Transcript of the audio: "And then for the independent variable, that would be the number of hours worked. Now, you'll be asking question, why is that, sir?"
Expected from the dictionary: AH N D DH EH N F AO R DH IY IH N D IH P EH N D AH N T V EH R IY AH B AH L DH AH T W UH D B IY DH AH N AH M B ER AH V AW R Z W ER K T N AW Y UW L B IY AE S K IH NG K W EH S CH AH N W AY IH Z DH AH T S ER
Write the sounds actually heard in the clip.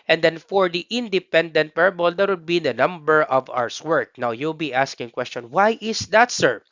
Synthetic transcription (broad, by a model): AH N D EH N F AO R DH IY IH N D IH P EH N D AH N T P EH R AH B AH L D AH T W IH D B IY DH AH N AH M B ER AH V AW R S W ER K N AW Y UW L B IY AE S K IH NG K W EH S CH AH N W AY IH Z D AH T S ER